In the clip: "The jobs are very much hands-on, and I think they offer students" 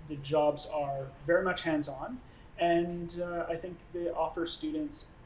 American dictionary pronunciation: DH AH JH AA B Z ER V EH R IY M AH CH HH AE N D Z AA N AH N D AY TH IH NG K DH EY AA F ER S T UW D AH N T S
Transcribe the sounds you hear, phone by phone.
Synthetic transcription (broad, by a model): DH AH JH AA B Z ER V EH R IY M AH CH HH AE N D Z N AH N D AY TH IH NG K DH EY AA F ER S T UW D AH N T S